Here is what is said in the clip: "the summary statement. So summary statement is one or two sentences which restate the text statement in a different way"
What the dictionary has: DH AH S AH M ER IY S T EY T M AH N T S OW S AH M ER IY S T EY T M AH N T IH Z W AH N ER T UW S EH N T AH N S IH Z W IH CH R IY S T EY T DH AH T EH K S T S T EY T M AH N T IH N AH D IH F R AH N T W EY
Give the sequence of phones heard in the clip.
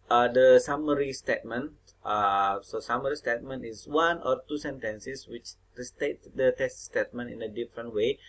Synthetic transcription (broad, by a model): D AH S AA M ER IY S T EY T M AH N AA S OW S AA M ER IY S T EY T M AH N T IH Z W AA N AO T UW S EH N T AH N S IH S W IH CH R IY S T EY T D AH T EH S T S T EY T M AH N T IH N AH D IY F R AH N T W EY